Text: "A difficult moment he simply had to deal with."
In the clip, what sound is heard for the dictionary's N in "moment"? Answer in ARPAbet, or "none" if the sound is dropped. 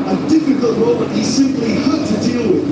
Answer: none